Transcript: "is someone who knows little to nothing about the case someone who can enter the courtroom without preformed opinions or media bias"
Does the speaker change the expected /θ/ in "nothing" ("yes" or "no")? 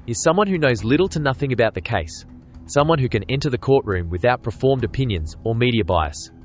no